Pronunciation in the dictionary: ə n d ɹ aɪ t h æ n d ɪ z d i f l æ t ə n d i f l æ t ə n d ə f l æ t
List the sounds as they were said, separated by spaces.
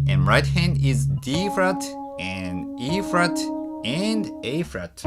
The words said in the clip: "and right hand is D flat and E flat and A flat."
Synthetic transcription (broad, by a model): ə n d ɹ aɪ t h æ n d ɪ z d i f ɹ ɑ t ə n d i f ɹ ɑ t ə n d ə f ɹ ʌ t